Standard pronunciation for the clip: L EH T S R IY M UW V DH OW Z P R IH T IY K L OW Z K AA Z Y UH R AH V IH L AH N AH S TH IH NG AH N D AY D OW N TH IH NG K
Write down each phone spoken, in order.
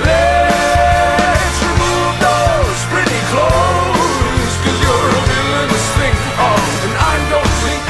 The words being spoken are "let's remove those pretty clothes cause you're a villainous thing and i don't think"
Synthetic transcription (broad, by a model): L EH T S R IY M UW V DH OW Z P R IH T IY K L OW Z K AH Z Y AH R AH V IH AH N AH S T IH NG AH N AY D OW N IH